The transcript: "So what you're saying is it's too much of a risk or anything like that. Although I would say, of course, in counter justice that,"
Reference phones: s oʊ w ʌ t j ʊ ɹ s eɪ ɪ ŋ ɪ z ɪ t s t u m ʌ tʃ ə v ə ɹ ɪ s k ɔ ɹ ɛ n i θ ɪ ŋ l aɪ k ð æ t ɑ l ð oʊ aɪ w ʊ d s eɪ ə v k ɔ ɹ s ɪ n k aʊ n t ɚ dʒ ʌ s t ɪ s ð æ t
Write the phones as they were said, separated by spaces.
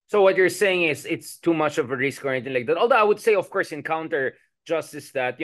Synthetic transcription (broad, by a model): s oʊ w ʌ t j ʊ ɹ s eɪ ɪ ŋ ɪ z ɪ t s t u m ʌ tʃ ə v ə ɹ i s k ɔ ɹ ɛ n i t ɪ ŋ l aɪ k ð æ t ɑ l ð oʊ aɪ w ʊ d s eɪ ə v k ɔ ɹ s ɪ n k aʊ n t ɚ dʒ ʌ s t ɪ s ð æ t